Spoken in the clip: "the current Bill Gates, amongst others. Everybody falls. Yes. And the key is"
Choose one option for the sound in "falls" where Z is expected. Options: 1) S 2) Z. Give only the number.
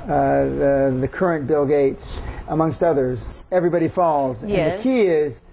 2